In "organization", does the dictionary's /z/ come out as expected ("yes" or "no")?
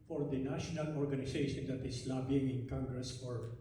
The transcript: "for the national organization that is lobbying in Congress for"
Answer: no